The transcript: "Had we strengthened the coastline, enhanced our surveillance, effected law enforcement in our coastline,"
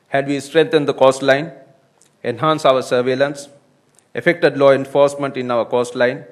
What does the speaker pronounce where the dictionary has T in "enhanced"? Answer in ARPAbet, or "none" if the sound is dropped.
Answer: none